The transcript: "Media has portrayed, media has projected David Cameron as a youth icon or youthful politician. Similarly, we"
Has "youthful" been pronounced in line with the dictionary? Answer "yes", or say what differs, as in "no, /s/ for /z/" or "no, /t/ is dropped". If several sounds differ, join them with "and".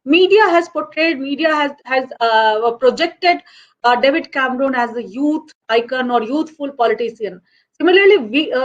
no, /t/ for /θ/